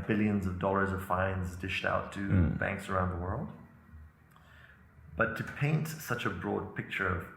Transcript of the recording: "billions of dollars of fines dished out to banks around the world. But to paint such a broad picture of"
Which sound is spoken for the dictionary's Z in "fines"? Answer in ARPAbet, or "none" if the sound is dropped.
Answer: Z